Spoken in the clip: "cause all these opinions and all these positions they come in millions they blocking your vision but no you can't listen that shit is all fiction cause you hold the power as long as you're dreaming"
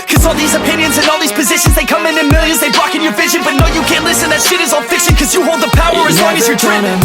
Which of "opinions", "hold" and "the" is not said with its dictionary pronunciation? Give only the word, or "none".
none